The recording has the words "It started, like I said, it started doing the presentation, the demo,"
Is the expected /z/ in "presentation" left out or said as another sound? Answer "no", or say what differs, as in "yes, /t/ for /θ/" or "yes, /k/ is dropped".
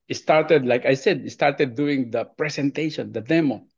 yes, /s/ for /z/